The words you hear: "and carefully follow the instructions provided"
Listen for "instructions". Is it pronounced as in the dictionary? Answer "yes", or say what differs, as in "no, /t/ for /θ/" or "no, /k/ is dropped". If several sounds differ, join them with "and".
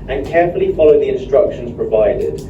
yes